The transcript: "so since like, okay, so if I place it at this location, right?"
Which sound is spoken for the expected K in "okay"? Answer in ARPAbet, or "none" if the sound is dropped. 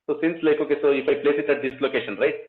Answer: K